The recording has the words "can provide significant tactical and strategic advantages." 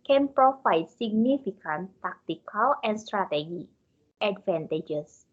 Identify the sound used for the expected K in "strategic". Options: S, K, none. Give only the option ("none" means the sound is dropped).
none